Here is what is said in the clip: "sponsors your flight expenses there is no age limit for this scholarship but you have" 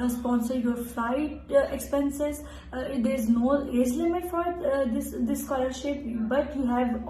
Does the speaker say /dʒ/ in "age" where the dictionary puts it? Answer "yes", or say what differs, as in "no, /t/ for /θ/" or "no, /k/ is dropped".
no, /z/ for /dʒ/